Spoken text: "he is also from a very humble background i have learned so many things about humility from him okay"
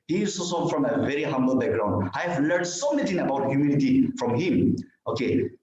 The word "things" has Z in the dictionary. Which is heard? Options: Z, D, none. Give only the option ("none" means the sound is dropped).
none